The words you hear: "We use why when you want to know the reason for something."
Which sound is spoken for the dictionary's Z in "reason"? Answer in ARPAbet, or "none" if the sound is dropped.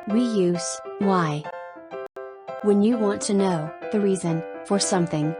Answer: Z